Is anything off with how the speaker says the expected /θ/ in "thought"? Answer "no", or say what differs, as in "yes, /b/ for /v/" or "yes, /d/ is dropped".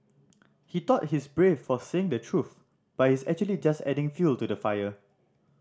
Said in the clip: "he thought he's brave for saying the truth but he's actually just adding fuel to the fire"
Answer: yes, /t/ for /θ/